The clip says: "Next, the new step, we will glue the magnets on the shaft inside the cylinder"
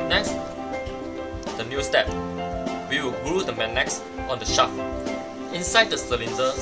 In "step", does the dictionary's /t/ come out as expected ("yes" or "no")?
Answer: yes